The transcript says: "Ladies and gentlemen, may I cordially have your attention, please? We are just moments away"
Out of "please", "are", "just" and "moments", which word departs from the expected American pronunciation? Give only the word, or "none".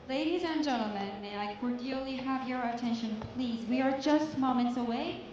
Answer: none